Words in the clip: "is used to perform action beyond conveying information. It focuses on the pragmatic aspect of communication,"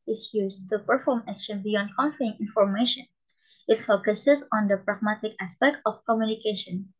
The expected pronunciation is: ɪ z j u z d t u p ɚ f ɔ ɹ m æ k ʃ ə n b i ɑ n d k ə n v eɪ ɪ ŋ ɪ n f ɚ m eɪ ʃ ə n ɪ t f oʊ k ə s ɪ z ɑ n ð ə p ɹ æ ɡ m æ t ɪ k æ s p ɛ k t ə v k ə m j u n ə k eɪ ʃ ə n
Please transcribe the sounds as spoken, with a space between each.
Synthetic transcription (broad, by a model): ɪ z j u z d t u p ɚ f ɔ ɹ m æ k ʃ ə n b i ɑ n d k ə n f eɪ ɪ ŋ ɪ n f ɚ m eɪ ʃ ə n ɪ t f oʊ k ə s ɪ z ɑ n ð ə p ɹ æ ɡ m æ t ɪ k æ s p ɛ k t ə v k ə m j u n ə k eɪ ʃ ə n